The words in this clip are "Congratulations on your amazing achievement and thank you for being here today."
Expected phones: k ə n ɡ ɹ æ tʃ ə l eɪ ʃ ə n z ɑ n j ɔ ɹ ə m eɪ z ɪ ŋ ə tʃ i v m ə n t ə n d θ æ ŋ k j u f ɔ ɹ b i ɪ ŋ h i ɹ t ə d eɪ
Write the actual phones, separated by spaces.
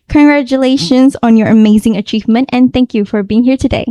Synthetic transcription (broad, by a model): k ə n ɡ ɹ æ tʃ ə l eɪ ʃ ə n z ɑ n j ɔ ɹ ə m eɪ z ɪ ŋ ə tʃ i v m ə n t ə n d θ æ ŋ k j u f ɔ ɹ b i ɪ ŋ h i ɹ t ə d eɪ